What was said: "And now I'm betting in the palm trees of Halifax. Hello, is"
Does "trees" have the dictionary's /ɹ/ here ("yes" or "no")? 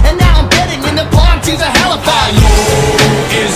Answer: no